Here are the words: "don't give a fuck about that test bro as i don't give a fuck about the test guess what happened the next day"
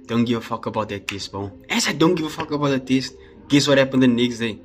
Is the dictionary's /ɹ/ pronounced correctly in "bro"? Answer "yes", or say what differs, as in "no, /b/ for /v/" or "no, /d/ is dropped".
no, /ɹ/ is dropped